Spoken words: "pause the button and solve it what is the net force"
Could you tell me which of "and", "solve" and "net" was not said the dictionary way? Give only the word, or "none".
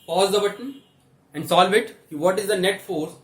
none